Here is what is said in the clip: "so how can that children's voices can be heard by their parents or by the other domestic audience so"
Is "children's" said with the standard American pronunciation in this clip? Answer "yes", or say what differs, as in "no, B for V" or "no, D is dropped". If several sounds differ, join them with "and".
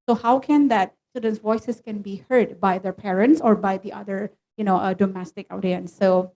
no, L is dropped and R is dropped and S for Z